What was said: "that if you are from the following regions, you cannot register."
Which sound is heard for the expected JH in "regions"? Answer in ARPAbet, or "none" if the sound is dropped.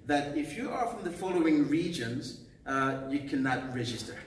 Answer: JH